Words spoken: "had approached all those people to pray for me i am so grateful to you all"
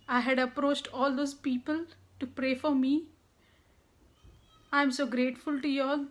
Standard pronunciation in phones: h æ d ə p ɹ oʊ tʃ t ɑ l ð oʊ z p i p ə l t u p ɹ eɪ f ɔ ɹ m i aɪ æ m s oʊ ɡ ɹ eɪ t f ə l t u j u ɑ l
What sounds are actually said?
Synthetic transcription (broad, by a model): h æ d ə p ɹ oʊ tʃ t ɑ l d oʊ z p i p ə l t u p ɹ eɪ f ɔ ɹ m i aɪ m s oʊ ɡ ɹ eɪ t f ə l t u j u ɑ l